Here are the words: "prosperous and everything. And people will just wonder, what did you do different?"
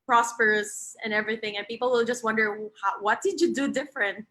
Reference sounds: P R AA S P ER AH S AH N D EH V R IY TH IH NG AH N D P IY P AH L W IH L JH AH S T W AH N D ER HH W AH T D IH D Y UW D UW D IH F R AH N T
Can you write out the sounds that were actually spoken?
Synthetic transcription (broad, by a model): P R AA S P ER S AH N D EH V R IY TH IH NG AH N P IY P L W IH L JH AH S T W AH N D ER HH W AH T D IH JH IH D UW D IH F R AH N T